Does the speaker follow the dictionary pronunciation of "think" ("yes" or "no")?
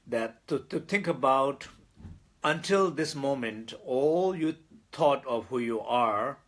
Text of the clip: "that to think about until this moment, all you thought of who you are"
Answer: no